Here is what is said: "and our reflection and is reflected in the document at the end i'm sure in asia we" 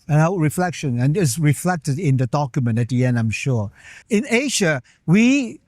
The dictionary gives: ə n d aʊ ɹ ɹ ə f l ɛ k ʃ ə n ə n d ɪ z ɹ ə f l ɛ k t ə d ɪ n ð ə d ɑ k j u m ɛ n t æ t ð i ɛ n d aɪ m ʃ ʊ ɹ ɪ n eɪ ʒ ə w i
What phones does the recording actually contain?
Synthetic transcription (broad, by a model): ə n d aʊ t ɹ ə f l ɛ k ʃ ə n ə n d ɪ s ɹ ə f l ɛ k t ə d ɪ n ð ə d ɑ k j u m ɛ n t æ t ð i ɛ n d aɪ m ʃ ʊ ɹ ɪ n eɪ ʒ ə w i